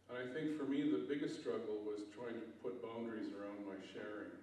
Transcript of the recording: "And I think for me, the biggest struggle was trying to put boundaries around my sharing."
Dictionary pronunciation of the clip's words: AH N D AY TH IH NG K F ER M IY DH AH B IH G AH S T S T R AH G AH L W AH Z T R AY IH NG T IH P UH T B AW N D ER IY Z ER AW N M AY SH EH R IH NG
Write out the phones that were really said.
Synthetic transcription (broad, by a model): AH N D AY TH IH NG K F ER M IY DH AH B IH G AH S T S T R AH G L W AH Z T R AY IH NG T IH P UH T B AW N D ER IY Z ER AW N M AY SH EH R IH NG